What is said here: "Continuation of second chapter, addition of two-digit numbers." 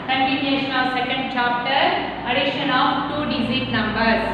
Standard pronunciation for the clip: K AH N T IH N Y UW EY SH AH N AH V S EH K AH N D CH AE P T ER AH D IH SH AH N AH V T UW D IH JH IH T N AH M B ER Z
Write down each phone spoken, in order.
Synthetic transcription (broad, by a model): K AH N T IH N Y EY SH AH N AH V S EH K AH N D CH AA P T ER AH D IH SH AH N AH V T UW D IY Z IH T N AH M B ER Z